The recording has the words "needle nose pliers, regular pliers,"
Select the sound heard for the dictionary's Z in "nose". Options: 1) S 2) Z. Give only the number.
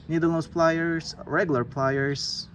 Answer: 1